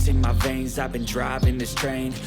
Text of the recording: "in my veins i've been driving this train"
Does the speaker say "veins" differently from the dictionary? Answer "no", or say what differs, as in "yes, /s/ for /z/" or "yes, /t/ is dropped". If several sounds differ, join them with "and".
no